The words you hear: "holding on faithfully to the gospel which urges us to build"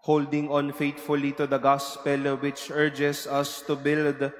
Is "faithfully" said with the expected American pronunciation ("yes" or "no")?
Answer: no